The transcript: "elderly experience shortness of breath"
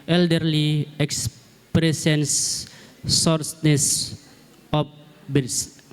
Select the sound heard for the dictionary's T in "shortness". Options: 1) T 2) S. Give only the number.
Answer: 2